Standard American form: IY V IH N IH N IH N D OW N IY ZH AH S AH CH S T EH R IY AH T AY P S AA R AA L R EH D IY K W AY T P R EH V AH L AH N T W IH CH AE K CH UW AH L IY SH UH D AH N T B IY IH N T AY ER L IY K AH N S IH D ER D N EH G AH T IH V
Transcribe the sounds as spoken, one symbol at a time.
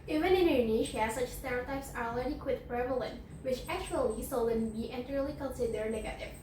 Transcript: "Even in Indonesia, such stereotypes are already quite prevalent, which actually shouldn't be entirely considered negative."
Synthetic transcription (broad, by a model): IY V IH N IH N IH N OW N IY SH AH S AH CH S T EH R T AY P S AA R AA L R EH D IY K W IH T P R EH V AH L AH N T W IH CH AE K CH UW AH L IY S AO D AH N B IY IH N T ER L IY K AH N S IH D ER N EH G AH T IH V